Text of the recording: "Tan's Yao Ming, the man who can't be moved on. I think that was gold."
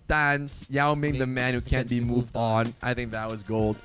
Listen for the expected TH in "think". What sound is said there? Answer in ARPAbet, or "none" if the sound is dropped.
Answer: TH